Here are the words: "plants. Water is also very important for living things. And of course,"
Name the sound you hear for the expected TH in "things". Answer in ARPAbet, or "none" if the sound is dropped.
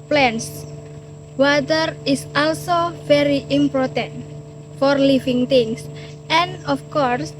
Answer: T